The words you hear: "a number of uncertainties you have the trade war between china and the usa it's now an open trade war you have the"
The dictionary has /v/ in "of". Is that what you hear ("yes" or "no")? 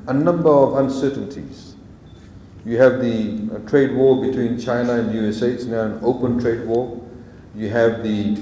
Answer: yes